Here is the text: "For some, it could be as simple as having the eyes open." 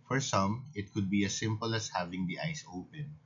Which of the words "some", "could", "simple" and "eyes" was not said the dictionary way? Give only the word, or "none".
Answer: eyes